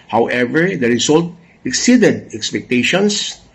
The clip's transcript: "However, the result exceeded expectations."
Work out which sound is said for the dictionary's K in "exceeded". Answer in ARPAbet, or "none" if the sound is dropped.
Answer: K